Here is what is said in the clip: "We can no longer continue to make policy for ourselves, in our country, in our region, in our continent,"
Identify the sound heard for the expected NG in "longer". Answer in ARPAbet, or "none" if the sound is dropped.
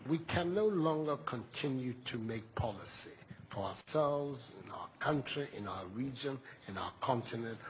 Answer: NG